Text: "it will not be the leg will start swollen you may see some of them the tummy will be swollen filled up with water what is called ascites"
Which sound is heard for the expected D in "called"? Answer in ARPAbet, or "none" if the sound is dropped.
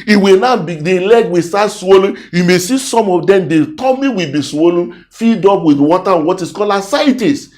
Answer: none